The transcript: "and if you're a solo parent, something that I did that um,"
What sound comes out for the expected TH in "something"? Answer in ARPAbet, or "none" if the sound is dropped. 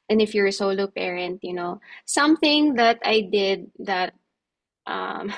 TH